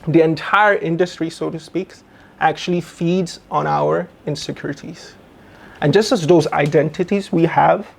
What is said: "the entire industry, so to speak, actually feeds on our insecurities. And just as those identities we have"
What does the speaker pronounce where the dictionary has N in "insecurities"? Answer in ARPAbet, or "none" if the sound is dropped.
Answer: N